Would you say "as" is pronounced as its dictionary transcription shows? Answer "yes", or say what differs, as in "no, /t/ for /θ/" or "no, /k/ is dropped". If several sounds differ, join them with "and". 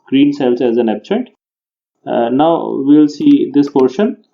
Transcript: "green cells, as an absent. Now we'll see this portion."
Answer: yes